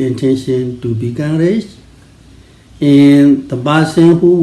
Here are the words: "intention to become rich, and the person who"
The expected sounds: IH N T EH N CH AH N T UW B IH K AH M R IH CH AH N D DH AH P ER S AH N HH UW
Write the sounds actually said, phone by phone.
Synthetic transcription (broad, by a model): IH N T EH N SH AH N T UW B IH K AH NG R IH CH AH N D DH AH B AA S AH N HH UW